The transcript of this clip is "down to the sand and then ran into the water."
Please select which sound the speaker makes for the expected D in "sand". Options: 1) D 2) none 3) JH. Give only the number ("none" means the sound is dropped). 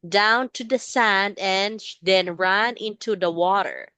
1